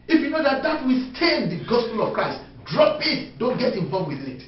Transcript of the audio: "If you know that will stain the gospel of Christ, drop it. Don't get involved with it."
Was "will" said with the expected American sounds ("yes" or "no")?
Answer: no